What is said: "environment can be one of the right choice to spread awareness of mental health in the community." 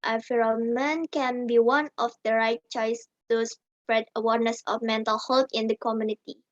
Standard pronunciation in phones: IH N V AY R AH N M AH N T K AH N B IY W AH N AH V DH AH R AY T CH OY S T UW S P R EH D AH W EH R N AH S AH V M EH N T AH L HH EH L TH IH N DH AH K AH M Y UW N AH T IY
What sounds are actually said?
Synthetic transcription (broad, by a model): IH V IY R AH M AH N K AH N B IY W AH N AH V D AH R AY T CH OY S T UW S P R EH D AH W EH R N AH S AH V M EH N T AH L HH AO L T IH N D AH K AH M Y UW N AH T IY